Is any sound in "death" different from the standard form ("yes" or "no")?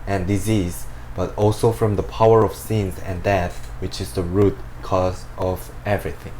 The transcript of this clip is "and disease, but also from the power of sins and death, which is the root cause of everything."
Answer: no